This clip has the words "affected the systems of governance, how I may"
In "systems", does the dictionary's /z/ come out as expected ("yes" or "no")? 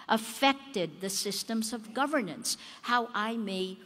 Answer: yes